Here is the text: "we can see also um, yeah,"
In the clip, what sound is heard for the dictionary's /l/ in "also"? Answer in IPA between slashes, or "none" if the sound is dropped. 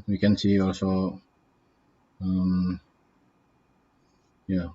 /l/